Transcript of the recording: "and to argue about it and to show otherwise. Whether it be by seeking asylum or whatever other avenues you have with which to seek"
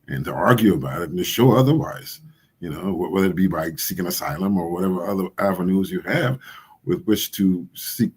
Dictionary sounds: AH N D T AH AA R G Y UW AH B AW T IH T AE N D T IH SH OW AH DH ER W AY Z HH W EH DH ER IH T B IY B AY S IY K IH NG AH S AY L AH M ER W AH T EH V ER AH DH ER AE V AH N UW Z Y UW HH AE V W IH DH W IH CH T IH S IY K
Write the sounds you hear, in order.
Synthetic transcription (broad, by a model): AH N T AH AA R G Y UW AH B AW T IH T N T IH SH OW AH DH ER W AY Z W W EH DH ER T B IY B AY S IY K IH NG AH S AY L AH M ER W AH T EH V ER AH DH ER AE V AH N UW Z Y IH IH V W IH DH W IH CH T IH S IY K